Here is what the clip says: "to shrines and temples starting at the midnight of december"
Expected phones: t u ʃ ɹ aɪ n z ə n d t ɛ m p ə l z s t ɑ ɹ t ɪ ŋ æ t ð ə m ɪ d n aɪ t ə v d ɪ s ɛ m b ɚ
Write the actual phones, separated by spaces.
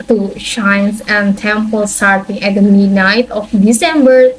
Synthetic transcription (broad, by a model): t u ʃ aɪ n s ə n t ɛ m p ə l s t ɑ ɹ t ɪ ŋ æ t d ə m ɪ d n aɪ t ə f d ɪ s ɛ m b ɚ